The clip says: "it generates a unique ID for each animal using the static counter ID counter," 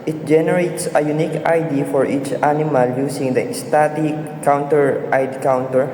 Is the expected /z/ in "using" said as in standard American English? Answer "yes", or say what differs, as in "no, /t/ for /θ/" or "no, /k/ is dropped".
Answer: no, /s/ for /z/